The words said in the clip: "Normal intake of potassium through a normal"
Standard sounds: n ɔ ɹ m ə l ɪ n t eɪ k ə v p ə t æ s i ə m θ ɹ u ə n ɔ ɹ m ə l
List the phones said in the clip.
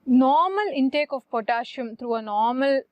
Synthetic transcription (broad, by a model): n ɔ ɹ m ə l ɪ n t eɪ k ə v p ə t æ ʃ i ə m t ɹ u ə n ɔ ɹ m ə l